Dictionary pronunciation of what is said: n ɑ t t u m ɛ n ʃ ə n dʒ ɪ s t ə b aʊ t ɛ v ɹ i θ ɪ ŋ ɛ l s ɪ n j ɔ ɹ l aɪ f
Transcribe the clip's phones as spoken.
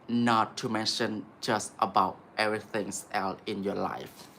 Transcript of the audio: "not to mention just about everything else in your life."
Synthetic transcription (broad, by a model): n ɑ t t u m ɛ n ʃ ə n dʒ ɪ s t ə b aʊ t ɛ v ɹ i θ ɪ ŋ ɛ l ɪ n j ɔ l aɪ f